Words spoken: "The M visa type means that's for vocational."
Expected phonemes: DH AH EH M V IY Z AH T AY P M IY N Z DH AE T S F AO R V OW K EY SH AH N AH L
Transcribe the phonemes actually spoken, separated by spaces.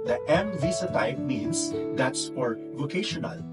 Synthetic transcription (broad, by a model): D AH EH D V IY S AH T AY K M IY N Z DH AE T S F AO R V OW K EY SH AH N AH L